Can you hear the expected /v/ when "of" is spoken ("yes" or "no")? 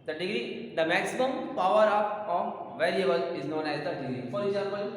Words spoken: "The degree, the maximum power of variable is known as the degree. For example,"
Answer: no